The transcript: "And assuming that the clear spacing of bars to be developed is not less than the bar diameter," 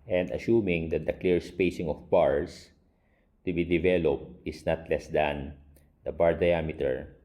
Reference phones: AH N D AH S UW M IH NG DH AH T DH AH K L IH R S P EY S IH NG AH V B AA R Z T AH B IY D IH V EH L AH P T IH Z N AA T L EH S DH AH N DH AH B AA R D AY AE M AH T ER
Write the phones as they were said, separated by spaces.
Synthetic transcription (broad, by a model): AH N D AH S UW M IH NG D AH T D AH K L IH R S P EY S IH NG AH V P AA R S T AH B IY D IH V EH L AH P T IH S N AA T L EH S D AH N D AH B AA R D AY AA M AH T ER